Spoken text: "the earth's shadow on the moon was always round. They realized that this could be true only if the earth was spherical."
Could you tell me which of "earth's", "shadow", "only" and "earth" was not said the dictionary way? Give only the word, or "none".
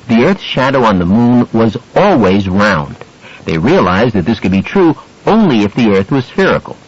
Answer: none